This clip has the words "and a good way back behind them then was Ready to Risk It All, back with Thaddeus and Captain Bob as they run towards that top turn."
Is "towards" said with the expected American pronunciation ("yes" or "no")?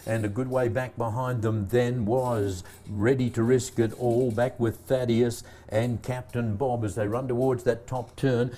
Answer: yes